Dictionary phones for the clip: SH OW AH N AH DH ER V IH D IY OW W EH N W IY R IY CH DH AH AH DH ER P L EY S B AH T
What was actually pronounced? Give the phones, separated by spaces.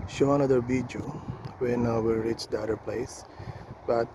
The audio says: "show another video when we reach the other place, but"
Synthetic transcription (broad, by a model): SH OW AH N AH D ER B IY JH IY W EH N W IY R IY CH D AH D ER P L EY S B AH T